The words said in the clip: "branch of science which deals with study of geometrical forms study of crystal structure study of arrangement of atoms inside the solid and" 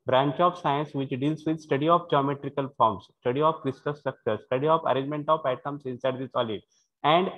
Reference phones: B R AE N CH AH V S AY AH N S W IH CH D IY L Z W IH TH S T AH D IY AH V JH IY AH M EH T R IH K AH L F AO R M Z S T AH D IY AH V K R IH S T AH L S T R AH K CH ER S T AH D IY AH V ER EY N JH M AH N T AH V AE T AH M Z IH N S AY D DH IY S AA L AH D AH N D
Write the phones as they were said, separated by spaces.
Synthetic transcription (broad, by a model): B R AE N CH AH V S AY AH N S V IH CH D IY L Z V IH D S T AH D IY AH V JH IY AH M EH T R IH K AH L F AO R M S S T AH D IY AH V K R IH S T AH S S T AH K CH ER S T AH D IY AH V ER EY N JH M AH N T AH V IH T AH M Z IH N S AY D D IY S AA L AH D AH N D